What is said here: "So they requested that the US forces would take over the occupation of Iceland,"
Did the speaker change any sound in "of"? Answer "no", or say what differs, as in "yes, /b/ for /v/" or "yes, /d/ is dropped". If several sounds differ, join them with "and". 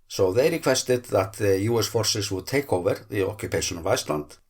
no